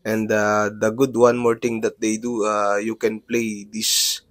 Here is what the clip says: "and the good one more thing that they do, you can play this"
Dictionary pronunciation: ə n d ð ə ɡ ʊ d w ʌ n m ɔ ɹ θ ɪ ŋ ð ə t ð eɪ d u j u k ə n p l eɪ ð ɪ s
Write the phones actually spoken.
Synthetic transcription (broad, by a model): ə n d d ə ɡ ʊ d w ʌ n m ɔ ɹ t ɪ ŋ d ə t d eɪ d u j u k ə n p l eɪ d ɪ s